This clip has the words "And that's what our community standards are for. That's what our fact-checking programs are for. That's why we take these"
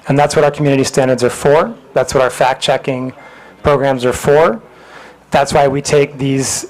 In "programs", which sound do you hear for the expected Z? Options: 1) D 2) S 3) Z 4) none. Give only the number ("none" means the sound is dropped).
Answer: 3